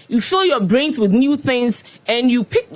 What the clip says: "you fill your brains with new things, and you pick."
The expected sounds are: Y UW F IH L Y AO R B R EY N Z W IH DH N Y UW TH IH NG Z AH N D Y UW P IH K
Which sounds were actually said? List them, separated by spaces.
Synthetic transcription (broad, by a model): Y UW F IH L Y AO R B R EY N Z W IH DH N Y UW TH IH NG Z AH N Y UW P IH K